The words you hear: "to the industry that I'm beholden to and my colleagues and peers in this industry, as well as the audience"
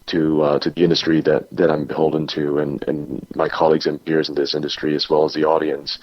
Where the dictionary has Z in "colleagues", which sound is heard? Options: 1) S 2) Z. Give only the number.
2